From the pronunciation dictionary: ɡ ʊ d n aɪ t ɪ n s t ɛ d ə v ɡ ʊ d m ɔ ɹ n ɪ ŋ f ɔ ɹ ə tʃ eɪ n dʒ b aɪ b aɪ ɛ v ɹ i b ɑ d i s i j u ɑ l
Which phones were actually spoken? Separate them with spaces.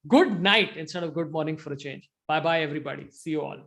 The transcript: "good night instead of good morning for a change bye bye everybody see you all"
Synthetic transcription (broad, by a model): ɡ ʊ d n aɪ t ɪ n s t ɛ d ə v ɡ ʊ d m ɔ ɹ n ɪ ŋ f ɔ ɹ ə tʃ eɪ n dʒ b aɪ b aɪ ɛ v ɹ i b ɑ d i s i j u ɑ l